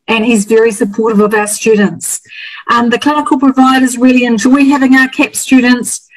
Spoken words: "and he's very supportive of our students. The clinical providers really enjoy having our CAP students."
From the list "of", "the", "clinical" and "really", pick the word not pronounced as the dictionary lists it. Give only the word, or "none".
none